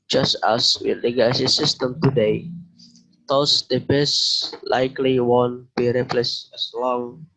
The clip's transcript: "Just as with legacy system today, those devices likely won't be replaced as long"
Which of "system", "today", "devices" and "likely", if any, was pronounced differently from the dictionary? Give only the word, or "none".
devices